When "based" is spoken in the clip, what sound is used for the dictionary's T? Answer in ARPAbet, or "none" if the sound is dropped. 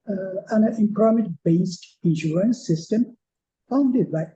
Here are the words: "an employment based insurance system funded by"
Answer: T